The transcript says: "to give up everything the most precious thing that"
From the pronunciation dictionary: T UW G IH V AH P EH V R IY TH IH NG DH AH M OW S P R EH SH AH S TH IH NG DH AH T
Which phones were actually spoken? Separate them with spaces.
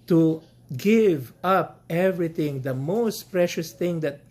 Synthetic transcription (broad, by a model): T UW G IH V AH P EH V R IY T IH NG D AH M OW S P R EH SH AH S T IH NG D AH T